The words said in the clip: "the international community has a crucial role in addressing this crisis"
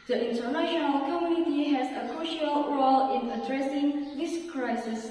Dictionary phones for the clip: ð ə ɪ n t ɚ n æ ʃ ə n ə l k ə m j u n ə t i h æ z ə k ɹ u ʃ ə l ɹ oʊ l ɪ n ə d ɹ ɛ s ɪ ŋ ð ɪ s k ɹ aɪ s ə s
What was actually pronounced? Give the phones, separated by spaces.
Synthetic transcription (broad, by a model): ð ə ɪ n t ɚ n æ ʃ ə n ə l k ə m j u n ə t i h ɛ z ə k ɹ u ʃ ə l ɹ oʊ l ɪ n ə d ɹ ɛ s ɪ ŋ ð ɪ s k ɹ aɪ s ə s